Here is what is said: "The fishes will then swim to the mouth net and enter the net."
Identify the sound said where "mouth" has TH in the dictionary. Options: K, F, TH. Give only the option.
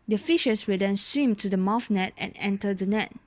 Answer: F